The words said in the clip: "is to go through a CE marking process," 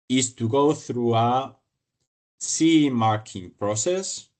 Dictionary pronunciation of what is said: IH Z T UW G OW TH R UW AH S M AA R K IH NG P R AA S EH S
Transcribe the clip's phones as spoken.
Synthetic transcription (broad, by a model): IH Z T UW G OW TH R UW AH S M AA R K IH NG P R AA S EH S